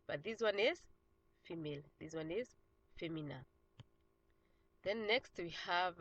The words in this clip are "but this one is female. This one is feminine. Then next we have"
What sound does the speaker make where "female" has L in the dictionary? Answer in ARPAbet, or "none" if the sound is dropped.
L